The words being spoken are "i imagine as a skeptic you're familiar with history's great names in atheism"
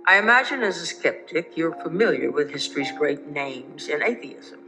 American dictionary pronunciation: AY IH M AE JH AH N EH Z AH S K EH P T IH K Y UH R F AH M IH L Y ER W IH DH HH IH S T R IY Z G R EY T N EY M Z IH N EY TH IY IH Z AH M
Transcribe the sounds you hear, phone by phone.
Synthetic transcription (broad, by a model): AY IH M AE JH AH N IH Z AH S K EH P T IH K Y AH R F AH M IH L Y ER W IH DH HH IH S T R IY Z G R EY T N EY M Z IH N EY TH IY IH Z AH M